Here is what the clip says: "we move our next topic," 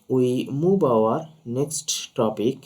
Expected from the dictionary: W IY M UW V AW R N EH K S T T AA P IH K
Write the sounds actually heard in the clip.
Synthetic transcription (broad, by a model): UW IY M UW B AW R N EH K S T T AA P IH K